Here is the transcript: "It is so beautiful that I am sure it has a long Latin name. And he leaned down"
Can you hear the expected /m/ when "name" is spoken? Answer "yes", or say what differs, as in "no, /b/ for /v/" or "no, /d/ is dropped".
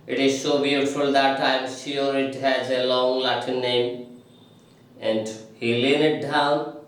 yes